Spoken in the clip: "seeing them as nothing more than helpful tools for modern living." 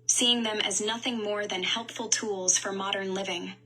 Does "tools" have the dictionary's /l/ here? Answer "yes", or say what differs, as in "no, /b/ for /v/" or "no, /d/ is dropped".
yes